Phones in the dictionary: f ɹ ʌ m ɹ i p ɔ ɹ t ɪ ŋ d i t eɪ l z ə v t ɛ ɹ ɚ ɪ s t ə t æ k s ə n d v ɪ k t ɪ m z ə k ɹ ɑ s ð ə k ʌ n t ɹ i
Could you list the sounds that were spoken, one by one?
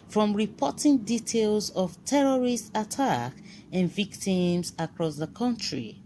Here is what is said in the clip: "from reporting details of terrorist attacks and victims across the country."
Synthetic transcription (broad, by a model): f ɹ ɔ m ɹ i p ɔ t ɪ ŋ d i t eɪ l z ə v t ɛ ɹ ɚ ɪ s t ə t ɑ k ə n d v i k t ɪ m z ə k ɹ ɑ s ð ə k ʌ n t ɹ i